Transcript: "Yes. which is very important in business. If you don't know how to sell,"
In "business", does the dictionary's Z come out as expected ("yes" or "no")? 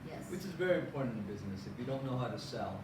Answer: yes